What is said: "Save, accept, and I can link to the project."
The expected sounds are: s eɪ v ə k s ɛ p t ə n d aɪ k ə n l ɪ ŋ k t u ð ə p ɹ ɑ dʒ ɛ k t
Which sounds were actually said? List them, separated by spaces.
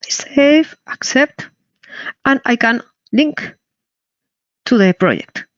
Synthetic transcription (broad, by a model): s eɪ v ə k s ɛ p t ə n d aɪ k ə n l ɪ ŋ k t u ð ə p ɹ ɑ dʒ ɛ k t